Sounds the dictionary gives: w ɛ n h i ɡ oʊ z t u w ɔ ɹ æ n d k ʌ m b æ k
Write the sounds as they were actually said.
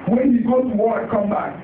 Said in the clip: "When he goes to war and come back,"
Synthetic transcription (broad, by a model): w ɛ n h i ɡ oʊ t u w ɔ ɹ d k ʌ m b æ k